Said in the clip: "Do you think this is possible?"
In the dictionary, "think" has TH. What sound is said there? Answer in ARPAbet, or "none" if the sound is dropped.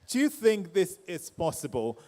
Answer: TH